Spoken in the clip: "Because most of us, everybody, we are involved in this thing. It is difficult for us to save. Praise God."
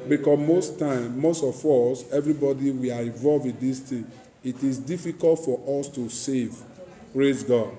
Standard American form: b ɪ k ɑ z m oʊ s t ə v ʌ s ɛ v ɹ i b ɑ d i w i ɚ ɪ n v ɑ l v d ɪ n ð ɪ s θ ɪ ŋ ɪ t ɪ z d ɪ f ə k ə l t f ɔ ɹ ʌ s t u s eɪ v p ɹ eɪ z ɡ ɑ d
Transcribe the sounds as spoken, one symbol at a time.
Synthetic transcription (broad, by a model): b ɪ k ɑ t m oʊ s t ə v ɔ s ɛ v ɹ i b ɑ d i w i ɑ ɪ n v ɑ l v ɪ n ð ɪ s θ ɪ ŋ ɪ t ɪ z d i f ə k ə l t f ɔ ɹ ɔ s t u s eɪ v p ɹ eɪ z ɡ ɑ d